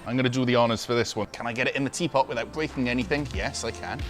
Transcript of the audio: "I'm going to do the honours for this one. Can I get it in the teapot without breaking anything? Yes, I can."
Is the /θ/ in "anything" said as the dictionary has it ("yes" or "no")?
yes